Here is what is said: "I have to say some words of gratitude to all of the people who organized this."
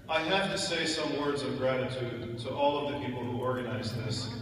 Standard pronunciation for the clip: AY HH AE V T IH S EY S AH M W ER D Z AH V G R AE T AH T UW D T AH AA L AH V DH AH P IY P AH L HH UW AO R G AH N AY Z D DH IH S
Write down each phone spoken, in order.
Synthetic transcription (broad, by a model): AY HH AE F T IH S EY S AH M W ER D Z AH V G R AE T AH T UW D T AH AA L AH V DH AH P IY P L HH UW AO R G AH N AY Z DH IH S